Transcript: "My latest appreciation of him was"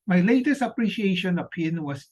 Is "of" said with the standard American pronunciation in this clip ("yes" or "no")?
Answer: no